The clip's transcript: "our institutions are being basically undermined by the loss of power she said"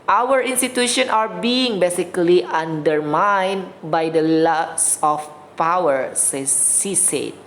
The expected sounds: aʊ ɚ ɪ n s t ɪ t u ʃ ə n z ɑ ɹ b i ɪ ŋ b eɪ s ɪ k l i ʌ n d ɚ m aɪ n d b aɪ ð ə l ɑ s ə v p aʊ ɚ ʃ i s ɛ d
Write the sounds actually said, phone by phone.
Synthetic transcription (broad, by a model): aʊ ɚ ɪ n s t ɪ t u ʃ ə n ɑ ɹ b i ɪ ŋ b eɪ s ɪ k l i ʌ n d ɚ m aɪ n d b aɪ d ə l ɑ s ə f p aʊ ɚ s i s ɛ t